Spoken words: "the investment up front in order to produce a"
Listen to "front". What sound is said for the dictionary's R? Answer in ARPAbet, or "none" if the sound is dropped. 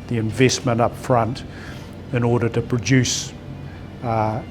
R